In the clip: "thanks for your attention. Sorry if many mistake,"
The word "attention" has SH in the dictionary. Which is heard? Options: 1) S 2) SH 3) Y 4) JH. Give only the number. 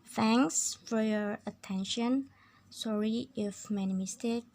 2